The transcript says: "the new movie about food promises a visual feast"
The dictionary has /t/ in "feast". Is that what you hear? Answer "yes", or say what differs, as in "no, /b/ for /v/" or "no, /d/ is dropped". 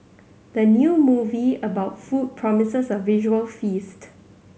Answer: yes